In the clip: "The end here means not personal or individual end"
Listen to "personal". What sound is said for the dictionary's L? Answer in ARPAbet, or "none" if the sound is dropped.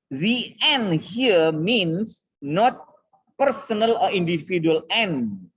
L